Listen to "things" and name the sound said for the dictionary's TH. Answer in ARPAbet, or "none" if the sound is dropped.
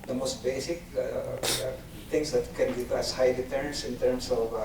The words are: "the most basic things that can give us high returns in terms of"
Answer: T